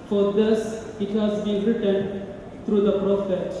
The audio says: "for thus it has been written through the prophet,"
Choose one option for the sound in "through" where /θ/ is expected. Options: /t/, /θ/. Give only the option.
/t/